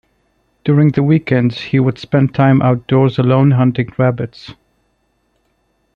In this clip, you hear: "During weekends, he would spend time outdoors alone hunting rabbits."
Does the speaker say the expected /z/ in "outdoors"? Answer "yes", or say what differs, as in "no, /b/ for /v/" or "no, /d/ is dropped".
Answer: yes